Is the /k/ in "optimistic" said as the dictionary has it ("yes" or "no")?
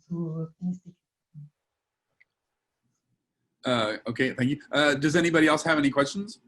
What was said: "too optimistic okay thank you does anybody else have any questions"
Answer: no